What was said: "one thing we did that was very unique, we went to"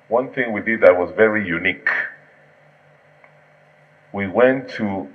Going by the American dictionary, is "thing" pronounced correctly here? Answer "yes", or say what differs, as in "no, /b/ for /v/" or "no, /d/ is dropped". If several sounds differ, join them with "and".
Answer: yes